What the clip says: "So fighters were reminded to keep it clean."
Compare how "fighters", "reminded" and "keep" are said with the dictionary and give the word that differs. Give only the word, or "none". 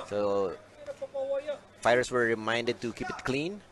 fighters